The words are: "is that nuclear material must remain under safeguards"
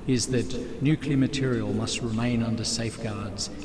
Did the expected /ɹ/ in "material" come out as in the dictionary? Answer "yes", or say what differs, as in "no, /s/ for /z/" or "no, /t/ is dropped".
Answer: yes